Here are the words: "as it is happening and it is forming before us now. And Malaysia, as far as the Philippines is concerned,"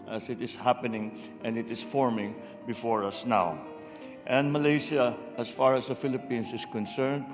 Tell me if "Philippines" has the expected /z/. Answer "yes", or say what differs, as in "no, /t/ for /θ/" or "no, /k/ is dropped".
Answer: no, /s/ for /z/